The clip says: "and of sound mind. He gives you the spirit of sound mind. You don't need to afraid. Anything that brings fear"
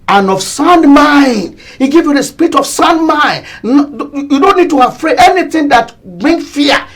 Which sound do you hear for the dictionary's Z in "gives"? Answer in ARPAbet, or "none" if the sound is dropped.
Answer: none